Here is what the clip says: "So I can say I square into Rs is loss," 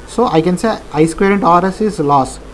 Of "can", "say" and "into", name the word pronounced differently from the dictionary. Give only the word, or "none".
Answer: none